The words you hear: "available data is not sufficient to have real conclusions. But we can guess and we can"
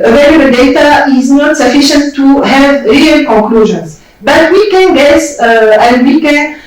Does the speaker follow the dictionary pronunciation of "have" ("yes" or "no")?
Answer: yes